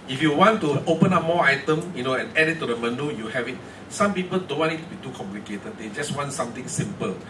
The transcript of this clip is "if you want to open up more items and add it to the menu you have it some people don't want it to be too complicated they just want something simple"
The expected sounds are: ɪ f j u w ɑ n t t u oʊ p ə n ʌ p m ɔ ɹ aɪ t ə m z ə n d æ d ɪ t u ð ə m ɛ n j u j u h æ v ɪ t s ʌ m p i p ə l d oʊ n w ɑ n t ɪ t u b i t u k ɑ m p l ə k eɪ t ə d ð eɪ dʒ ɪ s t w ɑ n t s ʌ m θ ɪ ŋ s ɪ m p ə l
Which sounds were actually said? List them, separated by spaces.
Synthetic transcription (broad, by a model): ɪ f j u w ɑ n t t u oʊ p ə n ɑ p m ɔ aɪ t ə m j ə n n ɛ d ɪ t u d ə m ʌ n u j u h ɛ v ɪ t s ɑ m p i p ə l d oʊ n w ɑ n ɪ t u b i t u k ɑ m p l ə k eɪ t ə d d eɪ dʒ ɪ s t w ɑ n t s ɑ m t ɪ ŋ s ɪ m p ə l